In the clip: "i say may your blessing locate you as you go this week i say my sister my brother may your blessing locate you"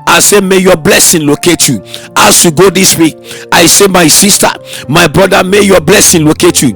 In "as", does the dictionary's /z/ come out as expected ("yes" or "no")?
no